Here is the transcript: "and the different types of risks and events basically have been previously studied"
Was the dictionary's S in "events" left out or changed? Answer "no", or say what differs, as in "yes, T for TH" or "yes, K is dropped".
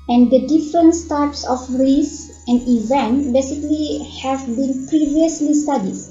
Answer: yes, S is dropped